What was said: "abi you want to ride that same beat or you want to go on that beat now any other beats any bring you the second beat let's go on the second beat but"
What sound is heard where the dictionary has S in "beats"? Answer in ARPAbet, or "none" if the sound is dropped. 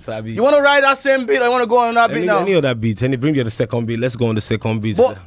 none